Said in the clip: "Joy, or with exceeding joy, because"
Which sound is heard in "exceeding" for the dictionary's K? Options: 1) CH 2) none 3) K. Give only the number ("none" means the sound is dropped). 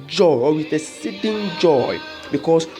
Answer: 2